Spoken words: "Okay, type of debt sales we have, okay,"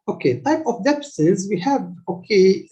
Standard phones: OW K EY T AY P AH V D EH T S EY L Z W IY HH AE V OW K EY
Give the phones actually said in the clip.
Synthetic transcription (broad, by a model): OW K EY T AY P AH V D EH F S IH Z W IY HH AE V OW K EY